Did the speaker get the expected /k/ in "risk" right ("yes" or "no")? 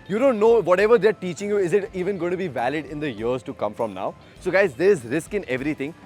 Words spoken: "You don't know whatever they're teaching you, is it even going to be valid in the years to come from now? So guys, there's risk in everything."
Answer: yes